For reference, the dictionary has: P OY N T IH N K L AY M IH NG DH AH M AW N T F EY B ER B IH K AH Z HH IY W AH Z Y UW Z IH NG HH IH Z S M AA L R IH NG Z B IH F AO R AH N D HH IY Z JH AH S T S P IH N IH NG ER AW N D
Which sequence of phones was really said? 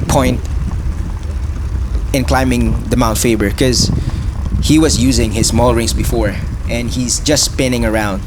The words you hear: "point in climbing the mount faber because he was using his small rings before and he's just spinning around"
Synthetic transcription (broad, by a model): P OY N T IH N K L AY M IH NG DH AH M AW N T F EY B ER K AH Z HH IY W AH Z Y UW Z IH NG HH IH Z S M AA L R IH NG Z B IH F AO R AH N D HH IY Z JH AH S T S P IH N IH NG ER AW N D